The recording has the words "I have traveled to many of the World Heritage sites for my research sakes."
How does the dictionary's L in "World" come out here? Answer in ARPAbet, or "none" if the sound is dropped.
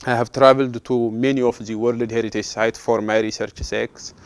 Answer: L